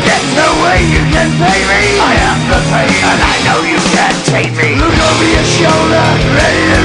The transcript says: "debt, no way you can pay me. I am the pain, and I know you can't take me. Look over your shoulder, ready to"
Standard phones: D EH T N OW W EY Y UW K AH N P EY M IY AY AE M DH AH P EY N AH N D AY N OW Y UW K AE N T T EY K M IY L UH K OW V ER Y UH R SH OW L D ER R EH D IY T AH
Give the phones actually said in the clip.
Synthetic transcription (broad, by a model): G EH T N OW W EY Y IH K AH N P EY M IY AY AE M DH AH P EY AH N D AY N OW Y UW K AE N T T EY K M IY L UH K OW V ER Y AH SH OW L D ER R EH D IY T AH